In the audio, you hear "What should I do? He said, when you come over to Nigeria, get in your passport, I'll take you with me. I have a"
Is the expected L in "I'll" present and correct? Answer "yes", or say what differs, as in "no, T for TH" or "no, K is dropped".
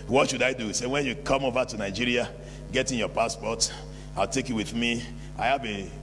yes